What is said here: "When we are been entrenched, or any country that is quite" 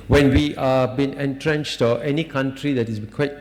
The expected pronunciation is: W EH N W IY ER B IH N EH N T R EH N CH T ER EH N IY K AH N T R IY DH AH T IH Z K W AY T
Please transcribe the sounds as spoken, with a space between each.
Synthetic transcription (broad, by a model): W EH N W IY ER B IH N EH N T R EH N CH T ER EH N IY K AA N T R IY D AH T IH S K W AY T